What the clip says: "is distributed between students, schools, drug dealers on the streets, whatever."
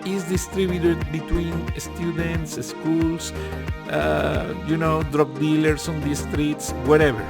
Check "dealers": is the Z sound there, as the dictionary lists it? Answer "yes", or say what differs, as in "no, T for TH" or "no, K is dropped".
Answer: no, S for Z